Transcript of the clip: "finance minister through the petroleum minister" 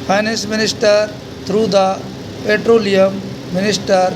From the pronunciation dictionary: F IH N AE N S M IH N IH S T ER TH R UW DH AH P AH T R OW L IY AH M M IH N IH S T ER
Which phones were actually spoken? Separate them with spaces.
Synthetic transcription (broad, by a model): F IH N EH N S M IH N IH S T ER T R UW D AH P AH T R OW L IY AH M M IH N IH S T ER